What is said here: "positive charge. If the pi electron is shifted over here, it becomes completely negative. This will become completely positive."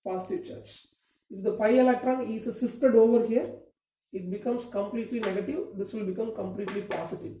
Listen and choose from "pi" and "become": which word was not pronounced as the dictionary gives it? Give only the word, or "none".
none